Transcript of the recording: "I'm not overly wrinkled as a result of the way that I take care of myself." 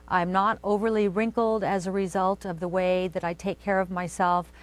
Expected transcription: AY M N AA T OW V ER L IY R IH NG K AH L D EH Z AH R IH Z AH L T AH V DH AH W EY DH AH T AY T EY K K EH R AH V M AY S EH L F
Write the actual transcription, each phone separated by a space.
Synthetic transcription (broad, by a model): AY M N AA T OW V ER L IY R IH NG K L D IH Z AH R IH Z AH L T AH V DH AH W EY DH AH T AY T EY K K EH R AH V M AY S EH L F